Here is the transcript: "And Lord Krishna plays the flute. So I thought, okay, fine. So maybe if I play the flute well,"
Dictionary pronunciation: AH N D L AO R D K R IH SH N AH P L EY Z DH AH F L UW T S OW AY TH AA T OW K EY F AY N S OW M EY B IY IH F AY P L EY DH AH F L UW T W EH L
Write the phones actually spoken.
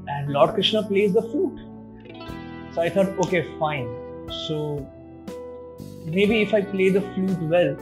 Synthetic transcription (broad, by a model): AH N D L AO R D K R IH SH N AH P L EY Z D AH F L UW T S OW AY T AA T OW K EY F AY N S OW M EY B IY IH F AY P L EY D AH F L UW T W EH L